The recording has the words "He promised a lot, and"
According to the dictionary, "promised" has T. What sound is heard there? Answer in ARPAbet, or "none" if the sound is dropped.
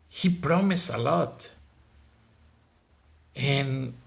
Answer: none